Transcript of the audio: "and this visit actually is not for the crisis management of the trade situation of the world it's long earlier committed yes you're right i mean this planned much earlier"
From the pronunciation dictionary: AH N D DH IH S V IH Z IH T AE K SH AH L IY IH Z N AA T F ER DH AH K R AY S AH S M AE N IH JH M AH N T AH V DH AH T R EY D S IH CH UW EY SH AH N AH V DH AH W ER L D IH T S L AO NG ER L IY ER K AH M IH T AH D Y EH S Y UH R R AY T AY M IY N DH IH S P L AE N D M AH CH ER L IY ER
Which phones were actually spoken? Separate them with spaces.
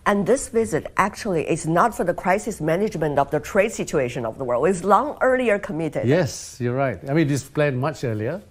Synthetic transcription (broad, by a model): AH N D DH IH S V IH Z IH T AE K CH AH L IY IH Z N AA T F ER DH AH K R AY S AH S M AE N IH JH M AH N T AH V DH AH T R EY D S IH CH UW EY SH AH N AH V DH AH W ER L D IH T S L AO NG ER L IY ER K AH M IH T AH D Y EH S Y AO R R AY T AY M IY N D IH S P L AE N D M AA CH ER L IY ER